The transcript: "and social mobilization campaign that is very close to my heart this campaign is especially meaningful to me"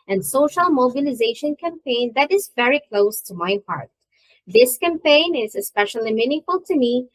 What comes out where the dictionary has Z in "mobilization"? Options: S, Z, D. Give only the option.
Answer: Z